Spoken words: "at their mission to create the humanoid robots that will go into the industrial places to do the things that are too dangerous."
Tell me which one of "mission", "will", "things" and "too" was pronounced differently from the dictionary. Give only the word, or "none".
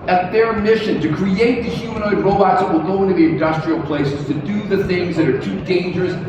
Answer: none